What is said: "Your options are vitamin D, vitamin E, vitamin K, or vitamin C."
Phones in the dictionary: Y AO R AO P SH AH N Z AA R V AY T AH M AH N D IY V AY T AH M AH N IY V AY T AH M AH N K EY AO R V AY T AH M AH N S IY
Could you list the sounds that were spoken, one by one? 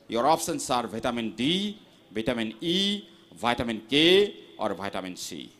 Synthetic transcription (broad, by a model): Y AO R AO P S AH N S AA R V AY T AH M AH N D IY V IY T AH M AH N IY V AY T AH M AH N K EY AO R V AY T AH M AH N S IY